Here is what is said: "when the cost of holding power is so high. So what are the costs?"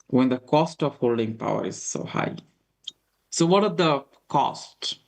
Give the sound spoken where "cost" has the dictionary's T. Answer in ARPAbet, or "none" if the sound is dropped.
T